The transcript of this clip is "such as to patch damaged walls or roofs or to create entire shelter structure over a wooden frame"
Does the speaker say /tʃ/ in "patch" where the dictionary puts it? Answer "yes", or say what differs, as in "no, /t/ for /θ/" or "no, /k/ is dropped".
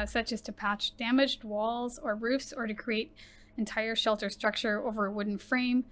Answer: yes